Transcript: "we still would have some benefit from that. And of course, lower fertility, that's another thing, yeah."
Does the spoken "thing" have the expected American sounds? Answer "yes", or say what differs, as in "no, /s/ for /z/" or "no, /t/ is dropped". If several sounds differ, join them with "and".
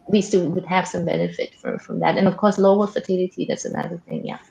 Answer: yes